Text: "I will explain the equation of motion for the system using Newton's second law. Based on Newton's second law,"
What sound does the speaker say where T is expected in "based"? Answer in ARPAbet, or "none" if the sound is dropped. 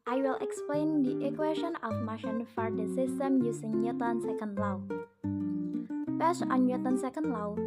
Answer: none